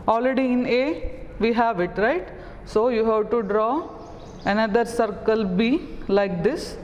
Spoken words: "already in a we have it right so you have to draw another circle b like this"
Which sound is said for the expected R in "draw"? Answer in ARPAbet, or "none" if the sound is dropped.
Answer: R